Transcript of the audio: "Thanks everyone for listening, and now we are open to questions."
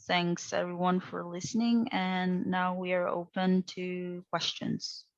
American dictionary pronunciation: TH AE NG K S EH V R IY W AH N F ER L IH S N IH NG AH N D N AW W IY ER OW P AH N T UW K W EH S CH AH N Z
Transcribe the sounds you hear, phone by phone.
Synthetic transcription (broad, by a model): TH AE NG K S EH V R IY W AH N F ER L IH S N IH NG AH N N AW W IY ER OW P AH N T UW K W EH S CH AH N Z